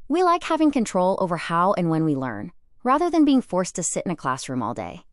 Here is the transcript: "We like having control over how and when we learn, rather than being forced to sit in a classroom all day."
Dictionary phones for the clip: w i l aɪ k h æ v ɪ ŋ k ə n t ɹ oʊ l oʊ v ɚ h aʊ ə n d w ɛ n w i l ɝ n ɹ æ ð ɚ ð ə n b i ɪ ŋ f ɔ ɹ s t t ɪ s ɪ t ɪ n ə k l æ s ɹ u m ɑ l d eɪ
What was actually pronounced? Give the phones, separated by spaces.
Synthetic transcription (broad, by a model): w i l aɪ k h æ v ɪ ŋ k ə n t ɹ oʊ l oʊ v ɚ h aʊ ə n w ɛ n w i l ɝ n ɹ æ ð ɚ ð ə n b i ɪ ŋ f ɔ ɹ s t t ɪ s ɪ t ɪ n ə k l æ s ɹ u m ɑ l d eɪ